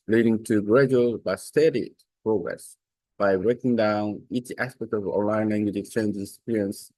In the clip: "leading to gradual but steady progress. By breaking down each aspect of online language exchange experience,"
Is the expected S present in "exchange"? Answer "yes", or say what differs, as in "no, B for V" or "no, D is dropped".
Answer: no, S is dropped